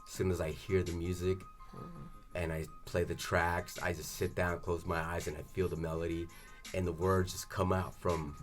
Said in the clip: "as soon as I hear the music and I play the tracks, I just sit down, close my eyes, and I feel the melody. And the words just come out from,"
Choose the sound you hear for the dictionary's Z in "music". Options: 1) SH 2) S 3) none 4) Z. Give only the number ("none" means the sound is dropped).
4